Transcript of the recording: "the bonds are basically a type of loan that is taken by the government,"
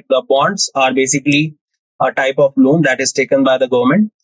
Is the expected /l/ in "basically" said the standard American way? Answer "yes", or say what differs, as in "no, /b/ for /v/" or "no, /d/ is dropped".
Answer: yes